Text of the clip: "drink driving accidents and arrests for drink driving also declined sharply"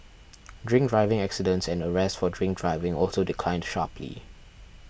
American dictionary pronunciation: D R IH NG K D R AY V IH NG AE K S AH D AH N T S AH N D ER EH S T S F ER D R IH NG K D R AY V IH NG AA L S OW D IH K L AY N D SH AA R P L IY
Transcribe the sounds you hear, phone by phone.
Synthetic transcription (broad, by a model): D R IH NG K D R AY V IH NG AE K S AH D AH N T S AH N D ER EH S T F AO D R IH NG K D R AY V IH NG AA L S OW D IH K L AY N D SH AA P L IY